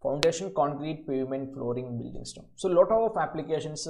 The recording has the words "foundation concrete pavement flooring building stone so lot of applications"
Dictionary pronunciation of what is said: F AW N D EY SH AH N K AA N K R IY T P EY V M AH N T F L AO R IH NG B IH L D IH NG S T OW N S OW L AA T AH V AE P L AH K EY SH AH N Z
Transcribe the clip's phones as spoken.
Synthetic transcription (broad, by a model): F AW N D EY SH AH N K AA N K R IY T P EY V M AH N T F L AO R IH NG B IH L D IH NG S T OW S OW L AA T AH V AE P L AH K EY SH AH N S